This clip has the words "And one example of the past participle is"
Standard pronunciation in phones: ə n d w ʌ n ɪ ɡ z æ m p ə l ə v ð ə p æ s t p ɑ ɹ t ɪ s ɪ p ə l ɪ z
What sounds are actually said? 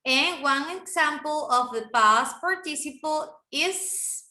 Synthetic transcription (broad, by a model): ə n w ʌ n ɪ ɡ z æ m p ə l ə v ð ə b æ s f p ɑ ɹ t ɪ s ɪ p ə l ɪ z